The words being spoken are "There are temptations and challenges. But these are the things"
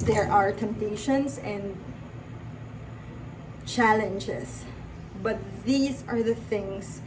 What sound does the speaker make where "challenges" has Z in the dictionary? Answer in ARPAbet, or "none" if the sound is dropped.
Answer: S